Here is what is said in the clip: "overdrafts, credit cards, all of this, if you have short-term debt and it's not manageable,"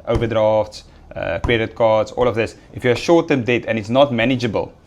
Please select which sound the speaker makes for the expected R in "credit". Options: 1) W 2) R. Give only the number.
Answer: 1